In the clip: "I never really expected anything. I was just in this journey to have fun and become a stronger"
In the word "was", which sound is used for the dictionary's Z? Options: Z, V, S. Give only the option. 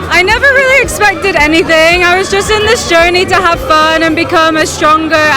Z